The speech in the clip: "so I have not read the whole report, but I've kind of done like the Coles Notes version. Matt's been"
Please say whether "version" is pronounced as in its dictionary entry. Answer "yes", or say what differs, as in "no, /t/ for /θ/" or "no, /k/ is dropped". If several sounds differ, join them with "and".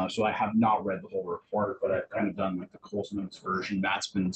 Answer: yes